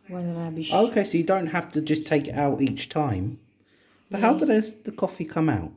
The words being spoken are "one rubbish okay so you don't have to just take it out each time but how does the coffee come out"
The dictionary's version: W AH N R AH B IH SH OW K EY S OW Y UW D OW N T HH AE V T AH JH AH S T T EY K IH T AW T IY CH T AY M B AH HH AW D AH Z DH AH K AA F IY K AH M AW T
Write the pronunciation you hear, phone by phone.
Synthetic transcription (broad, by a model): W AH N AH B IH UH K EY S OW Y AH D OW N T HH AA F T AH JH AH S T T EY K IH T AW T IY CH T AY M B AH HH AW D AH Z DH AH K AA F IY K AH M AW T